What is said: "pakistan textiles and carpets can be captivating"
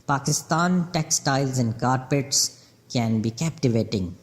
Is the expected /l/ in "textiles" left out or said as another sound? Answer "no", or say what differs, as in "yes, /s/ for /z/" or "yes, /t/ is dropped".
no